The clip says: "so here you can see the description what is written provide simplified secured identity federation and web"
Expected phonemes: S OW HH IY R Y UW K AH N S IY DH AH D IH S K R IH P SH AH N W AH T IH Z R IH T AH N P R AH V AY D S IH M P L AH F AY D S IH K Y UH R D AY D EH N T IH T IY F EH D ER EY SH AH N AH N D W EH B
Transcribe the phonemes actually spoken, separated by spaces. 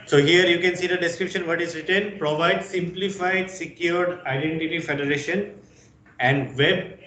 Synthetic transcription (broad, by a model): S OW HH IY R Y UW K AH N S IY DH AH D IH S K R IH P SH AH N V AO T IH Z R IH T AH N P R AH V AY D S IH M P L AH F AY D S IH K Y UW R D AY D EH N T IH T IY F EH D ER EY SH AH N AH N D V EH B